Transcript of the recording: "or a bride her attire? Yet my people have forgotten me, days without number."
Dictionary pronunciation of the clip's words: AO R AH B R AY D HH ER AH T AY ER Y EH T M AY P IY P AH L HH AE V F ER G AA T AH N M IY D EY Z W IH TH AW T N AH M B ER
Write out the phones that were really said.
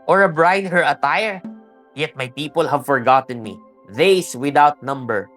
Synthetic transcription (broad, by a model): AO R AH B R AY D HH ER AH T AY ER Y EH T M AY P IY P AH L HH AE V F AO G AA T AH N M IY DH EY S W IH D AW T N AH M B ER